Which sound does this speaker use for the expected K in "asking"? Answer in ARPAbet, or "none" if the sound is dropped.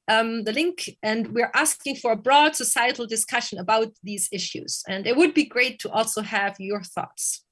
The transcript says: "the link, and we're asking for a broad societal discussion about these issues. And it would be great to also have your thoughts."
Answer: K